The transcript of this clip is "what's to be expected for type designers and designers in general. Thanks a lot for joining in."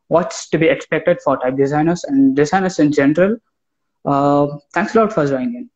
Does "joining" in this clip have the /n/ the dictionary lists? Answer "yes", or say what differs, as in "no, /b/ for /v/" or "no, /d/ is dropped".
no, /n/ is dropped